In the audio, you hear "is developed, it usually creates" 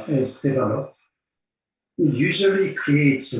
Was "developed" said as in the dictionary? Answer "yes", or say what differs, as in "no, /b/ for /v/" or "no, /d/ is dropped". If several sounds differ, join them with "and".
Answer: no, /p/ is dropped